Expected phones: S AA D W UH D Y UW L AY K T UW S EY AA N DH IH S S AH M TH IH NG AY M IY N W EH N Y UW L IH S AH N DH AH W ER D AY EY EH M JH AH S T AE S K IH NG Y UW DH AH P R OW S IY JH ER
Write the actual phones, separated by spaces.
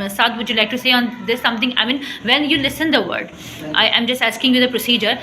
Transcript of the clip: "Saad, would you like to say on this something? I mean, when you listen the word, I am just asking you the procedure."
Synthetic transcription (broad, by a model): S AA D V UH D Y UW L AY K T UW S EY AA N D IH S S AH M T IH NG AY M IY N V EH N Y UW L IH S AH N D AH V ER D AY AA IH M JH AH S T AE S K IH NG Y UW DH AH P R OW S IY JH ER